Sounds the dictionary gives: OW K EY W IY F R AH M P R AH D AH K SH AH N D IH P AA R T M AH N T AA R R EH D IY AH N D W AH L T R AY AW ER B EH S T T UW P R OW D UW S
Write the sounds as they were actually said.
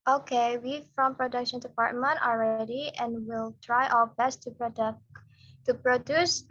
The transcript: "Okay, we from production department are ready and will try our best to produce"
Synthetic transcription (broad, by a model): OW K EY W IY F R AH M P R AH D AH K SH AH N D IH P AA R T M AH N T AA L R EH D IY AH N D W AH L T R AY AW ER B EH S T T UW P R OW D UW S